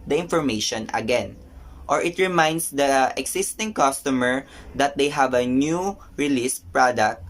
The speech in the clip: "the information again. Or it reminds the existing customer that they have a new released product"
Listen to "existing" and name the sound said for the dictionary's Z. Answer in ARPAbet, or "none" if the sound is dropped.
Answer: S